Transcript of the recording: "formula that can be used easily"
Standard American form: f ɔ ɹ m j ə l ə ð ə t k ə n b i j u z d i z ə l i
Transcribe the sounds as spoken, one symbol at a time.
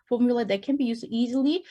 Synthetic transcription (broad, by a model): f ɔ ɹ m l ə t ð ə t k ə n b i j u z i z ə l i